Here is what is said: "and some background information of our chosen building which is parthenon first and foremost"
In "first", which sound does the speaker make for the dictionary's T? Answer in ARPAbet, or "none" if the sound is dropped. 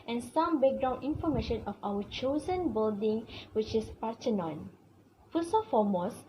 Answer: none